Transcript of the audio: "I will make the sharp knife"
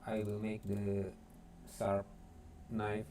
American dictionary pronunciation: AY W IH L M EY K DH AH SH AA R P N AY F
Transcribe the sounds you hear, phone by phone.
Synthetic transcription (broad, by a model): AY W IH L M EY K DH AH S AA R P N AY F